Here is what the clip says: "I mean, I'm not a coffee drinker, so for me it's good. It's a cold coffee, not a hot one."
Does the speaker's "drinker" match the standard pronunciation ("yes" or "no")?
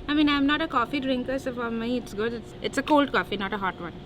yes